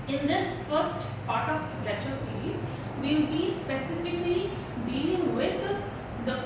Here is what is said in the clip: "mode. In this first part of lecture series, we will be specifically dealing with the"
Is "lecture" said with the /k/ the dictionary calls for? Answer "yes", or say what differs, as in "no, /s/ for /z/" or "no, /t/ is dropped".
no, /k/ is dropped